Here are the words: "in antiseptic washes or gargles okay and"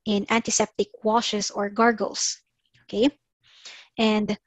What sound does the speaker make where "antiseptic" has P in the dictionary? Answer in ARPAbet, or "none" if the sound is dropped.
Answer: P